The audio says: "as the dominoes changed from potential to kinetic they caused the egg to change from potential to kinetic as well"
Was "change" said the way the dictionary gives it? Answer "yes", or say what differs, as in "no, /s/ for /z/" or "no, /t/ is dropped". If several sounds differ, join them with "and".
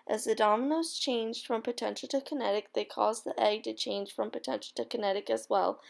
no, /ʒ/ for /dʒ/